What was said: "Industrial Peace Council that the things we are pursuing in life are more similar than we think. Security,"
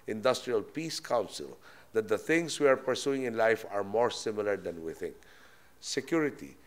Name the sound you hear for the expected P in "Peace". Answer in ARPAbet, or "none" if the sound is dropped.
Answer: P